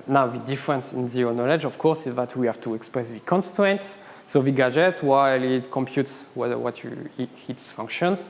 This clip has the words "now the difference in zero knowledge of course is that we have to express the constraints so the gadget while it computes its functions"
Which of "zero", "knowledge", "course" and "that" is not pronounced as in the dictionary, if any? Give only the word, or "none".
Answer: zero